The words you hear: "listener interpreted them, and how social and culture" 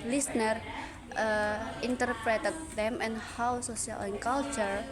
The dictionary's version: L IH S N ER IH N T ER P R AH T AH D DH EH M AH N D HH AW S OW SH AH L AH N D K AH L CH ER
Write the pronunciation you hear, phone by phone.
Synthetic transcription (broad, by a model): L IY S N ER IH N T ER P R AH T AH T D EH M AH N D HH AW S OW S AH L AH N K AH L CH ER